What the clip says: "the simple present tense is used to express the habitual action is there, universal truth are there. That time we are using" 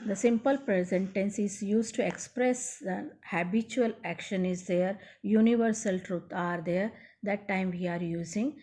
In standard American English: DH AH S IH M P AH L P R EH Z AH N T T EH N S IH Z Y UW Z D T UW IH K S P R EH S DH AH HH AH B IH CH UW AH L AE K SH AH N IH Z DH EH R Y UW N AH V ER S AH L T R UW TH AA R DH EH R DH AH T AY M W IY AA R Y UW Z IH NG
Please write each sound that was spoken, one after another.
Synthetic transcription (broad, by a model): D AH S IH M P AH L P R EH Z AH N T T EH N S IH Z Y UW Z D T UW IH K S P R EH S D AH HH AH B IH CH UW AH L AE K SH AH N IH Z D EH R Y UW N AH V ER S AH L T R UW T AA R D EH R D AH T AY M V IY AA R Y UW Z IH NG